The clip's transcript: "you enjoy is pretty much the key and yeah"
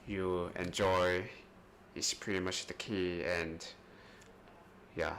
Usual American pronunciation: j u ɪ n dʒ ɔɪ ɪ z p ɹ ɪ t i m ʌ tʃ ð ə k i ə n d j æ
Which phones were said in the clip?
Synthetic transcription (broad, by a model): j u ɪ n dʒ ɔɪ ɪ s p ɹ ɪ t i m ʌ tʃ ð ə k i ə n d j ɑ